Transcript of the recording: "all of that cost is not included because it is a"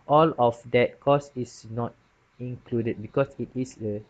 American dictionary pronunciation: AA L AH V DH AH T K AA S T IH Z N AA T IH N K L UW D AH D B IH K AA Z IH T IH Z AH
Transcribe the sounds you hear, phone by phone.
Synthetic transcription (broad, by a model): AA L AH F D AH T K AA S IH S N AA T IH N K L UW D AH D B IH K AA S IH T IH S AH